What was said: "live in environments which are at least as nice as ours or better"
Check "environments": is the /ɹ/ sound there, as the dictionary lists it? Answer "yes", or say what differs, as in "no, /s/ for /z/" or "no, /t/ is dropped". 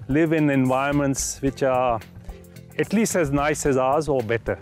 no, /ɹ/ is dropped